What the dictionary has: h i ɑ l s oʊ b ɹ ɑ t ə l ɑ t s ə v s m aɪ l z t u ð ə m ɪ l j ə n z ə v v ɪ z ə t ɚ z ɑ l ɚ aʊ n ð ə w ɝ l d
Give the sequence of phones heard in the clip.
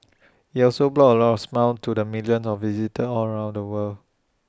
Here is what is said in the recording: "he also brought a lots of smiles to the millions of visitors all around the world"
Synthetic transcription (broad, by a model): h i ɑ l s oʊ b l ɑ ə l ɑ t ə f s m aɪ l t u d ə m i l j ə n s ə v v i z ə t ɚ ɑ l ɚ aʊ n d ə w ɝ l